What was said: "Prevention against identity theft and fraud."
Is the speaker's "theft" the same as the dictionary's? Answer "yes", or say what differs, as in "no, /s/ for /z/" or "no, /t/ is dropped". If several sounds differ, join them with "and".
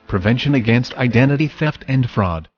yes